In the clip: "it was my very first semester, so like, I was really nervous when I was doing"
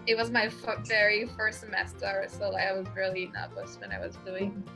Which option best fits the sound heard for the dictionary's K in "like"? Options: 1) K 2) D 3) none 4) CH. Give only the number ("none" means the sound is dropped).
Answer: 3